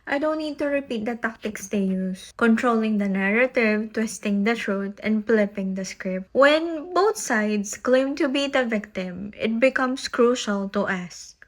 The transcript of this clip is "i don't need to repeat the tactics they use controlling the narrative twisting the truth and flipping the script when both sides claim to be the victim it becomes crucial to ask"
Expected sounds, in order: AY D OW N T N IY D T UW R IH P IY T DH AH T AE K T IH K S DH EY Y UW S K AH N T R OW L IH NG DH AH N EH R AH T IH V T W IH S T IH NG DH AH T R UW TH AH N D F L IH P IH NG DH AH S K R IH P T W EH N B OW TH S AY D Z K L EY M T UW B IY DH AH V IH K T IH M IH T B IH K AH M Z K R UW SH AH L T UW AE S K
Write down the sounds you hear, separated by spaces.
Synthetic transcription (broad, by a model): AY D OW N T N IY D T UW R IH P IY T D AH T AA K T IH K S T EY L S K AH N T R OW L IH NG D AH N EH R AH T IH V T W IH S T IH NG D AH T R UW T AH N D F L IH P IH NG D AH S K R IH P T W EH N B OW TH S AY D S K L EY M T UW B IY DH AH V IH K T IH M IH T B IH K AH M S K R UW SH AH L T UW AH S